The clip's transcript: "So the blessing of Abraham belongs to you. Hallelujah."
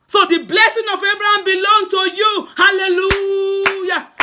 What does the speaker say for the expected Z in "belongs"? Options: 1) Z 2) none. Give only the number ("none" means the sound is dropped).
2